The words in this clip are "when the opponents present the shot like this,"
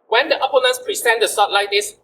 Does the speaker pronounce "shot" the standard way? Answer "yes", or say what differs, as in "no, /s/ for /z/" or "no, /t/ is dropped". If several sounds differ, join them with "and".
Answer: no, /s/ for /ʃ/